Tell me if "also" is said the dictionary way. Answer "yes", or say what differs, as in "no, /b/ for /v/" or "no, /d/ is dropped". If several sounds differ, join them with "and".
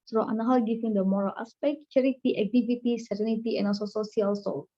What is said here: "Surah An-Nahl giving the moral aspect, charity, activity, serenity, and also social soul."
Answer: no, /l/ is dropped